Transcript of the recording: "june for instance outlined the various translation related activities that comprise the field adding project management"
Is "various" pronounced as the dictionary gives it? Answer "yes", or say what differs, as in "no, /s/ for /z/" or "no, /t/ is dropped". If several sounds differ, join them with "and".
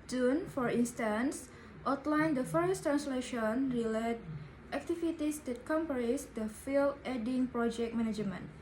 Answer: no, /f/ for /v/